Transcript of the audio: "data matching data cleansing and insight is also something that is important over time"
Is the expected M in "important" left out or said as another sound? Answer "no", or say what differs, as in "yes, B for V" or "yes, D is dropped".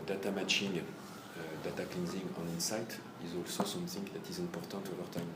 yes, M is dropped